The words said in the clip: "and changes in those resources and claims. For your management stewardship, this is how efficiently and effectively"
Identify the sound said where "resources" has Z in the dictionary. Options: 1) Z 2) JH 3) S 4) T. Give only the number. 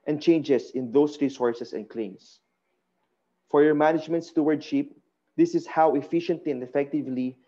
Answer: 3